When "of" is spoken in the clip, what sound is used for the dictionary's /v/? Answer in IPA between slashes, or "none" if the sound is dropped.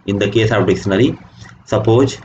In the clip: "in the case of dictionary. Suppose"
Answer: /p/